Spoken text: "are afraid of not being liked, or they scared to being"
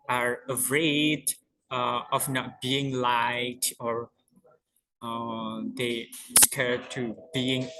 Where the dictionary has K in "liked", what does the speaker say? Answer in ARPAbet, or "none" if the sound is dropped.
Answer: none